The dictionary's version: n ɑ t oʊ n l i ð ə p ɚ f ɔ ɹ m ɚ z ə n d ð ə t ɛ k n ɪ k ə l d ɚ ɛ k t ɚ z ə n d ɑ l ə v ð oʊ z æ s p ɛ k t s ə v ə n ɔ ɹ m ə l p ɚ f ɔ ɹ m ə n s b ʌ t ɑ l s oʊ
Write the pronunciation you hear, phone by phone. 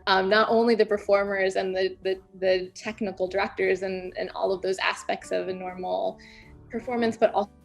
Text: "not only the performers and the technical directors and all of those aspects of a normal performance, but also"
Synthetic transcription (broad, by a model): n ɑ t oʊ n l i ð ə p ɚ f ɔ ɹ m ɚ z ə n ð ð ə t ɛ k n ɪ k l d ɚ ɛ k t ɚ z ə n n ɑ l ə v ð oʊ z æ s p ɛ k t s ə v ə n ɔ ɹ m l p ɚ f ɔ ɹ m ə n s b ʌ t ɑ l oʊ